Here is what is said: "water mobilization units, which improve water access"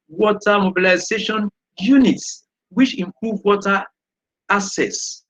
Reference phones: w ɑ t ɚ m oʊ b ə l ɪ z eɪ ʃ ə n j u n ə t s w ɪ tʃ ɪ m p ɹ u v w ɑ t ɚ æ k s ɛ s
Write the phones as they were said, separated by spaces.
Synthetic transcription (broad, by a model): w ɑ t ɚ m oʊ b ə l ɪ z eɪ ʃ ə n j u n ə t s w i tʃ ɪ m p ɹ u v w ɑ t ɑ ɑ s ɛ s